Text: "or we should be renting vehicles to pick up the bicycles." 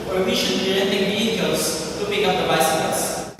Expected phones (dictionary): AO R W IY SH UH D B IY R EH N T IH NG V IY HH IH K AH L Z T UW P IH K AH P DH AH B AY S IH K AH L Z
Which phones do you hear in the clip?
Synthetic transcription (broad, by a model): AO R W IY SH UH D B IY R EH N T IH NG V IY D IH AH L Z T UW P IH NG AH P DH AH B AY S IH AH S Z